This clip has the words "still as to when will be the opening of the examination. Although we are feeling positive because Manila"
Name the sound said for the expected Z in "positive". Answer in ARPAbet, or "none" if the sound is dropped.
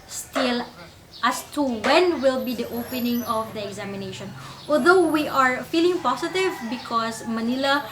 S